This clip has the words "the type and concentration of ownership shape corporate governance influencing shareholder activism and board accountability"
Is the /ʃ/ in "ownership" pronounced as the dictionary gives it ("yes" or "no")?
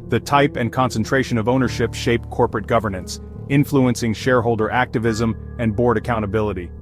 yes